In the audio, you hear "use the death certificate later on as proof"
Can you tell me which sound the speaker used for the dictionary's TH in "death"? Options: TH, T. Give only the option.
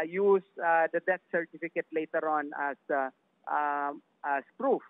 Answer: T